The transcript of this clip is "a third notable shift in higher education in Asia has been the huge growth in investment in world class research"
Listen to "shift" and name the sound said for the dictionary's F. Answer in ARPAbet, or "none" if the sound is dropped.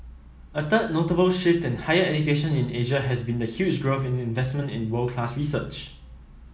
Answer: F